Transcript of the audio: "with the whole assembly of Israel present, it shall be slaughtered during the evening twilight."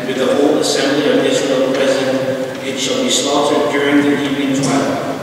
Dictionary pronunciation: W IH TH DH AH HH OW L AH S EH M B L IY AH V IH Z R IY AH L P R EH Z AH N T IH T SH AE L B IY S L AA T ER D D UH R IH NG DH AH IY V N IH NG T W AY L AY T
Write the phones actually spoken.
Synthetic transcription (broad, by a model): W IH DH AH HH OW L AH S EH M B L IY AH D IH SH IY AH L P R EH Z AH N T IH T SH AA L B IY S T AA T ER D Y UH R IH NG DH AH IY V IH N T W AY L